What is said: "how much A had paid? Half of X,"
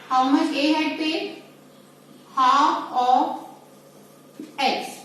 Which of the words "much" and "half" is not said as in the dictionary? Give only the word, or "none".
half